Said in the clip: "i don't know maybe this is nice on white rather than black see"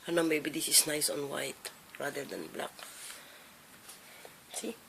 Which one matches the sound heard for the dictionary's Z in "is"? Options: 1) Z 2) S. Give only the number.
2